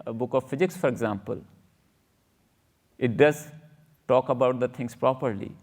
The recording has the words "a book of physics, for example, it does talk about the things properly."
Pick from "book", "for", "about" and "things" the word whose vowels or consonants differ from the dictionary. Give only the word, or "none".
things